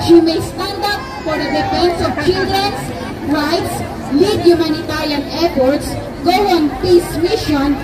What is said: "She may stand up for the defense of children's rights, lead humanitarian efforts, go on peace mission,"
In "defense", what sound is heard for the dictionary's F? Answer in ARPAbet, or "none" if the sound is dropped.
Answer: P